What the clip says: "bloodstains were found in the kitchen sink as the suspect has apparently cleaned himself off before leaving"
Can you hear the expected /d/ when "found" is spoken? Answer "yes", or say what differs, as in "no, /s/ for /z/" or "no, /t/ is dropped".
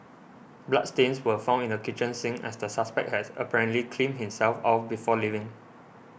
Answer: no, /d/ is dropped